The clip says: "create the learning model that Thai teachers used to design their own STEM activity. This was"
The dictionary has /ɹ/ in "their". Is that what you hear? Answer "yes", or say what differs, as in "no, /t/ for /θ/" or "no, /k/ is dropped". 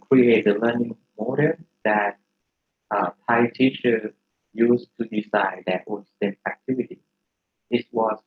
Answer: no, /w/ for /ɹ/